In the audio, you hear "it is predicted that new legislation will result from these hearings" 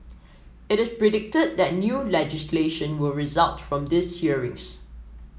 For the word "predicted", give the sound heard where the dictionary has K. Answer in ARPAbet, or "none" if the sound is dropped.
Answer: K